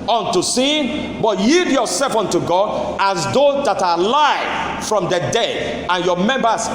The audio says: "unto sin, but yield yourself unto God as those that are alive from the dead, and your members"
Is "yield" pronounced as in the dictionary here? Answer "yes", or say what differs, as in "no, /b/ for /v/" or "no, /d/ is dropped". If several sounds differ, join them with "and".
no, /l/ is dropped